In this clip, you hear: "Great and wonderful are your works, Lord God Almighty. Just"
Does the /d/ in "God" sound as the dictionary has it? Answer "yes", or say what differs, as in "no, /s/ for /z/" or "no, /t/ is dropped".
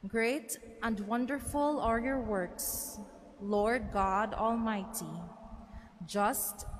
yes